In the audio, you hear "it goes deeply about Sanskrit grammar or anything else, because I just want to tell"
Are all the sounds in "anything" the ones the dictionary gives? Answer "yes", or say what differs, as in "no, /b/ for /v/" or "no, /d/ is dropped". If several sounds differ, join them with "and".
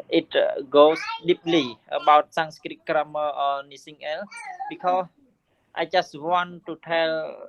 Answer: no, /s/ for /θ/